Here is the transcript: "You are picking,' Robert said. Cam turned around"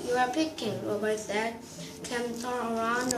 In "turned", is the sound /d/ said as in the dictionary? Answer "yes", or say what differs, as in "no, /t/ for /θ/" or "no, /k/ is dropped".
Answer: no, /d/ is dropped